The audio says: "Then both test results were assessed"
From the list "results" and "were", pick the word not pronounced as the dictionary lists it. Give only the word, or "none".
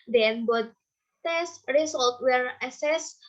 results